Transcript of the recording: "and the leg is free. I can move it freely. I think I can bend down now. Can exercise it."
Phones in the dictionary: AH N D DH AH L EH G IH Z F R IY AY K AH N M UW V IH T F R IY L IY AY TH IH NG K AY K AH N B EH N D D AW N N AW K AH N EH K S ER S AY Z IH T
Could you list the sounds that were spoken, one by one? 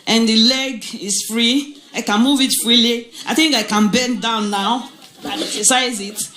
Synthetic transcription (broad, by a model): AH N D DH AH L EH G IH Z F R IY AY K AH N M UW V IH T F R IY L IY AY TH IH NG K AY K AH N B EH N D D AW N N AW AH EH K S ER S AY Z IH T